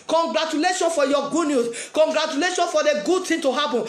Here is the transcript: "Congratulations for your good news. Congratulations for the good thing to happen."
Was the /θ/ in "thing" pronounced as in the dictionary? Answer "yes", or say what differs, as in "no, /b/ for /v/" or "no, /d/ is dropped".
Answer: no, /t/ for /θ/